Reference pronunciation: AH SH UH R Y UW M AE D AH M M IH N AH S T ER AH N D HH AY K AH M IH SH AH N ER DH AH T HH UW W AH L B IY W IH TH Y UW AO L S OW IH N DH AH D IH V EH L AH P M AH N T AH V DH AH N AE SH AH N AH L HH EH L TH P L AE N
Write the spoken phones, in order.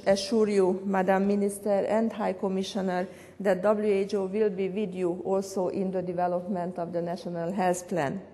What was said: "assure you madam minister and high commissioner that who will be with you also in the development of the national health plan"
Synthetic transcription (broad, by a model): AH SH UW R Y UW M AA D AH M M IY N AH S T ER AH N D HH AY K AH M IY SH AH N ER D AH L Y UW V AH L B IY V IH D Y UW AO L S OW IH N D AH D IH V EH L AH P M AH N T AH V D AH N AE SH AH N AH L HH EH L S P L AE N